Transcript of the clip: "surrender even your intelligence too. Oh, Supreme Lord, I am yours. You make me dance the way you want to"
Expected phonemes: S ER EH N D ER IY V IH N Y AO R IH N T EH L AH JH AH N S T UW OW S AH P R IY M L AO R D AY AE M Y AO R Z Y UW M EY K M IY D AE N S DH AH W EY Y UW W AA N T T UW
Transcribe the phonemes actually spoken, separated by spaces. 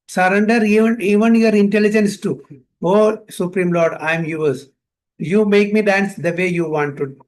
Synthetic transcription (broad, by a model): S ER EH N D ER IY V IH N Y AO R IH N T EH L AH JH AH N S T UW OW S AH P R IY M L AO R D AY M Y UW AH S Y UW M EY K M IY D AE N S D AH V EY Y UW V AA N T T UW